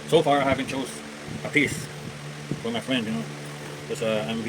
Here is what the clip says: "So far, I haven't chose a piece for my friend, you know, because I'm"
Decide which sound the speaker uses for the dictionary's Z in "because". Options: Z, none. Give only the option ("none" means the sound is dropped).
none